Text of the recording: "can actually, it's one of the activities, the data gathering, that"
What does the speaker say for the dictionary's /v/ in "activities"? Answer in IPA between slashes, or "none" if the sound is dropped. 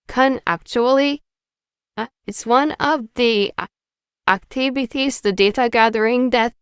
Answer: /b/